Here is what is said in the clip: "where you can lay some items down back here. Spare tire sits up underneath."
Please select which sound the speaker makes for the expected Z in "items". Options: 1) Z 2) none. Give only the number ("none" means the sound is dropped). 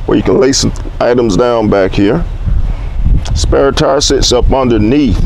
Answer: 1